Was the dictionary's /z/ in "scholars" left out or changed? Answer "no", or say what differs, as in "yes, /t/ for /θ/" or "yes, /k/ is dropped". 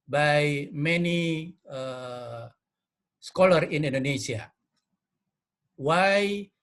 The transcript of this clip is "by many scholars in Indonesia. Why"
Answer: yes, /z/ is dropped